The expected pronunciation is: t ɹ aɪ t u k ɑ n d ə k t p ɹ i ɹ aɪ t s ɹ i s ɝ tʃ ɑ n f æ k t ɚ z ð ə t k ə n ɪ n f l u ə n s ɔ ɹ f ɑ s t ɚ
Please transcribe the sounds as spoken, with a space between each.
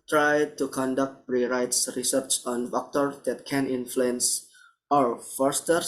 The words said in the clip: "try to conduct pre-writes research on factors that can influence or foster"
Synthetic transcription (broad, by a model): t ɹ aɪ t u k ɑ n d ə k t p ɹ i ɹ aɪ t s ɹ i s ɝ tʃ ɑ n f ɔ k t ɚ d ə t k ə n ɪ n f l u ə n s ɔ ɹ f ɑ s t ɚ